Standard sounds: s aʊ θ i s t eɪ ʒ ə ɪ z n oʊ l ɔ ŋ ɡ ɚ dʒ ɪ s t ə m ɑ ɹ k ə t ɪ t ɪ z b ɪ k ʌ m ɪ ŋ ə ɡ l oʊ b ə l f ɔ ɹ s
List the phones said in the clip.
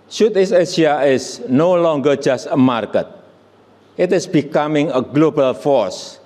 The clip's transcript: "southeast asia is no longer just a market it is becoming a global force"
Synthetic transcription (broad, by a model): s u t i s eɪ s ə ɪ s n oʊ l ɔ ŋ ɡ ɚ dʒ ɪ s t ə m ɑ ɹ k ə t ɪ t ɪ s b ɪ k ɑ m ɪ ŋ ə ɡ l oʊ b ə l f ɔ ɹ s